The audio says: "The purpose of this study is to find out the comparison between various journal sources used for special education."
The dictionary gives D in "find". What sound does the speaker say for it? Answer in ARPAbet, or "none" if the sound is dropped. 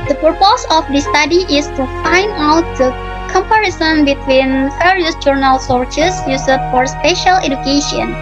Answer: D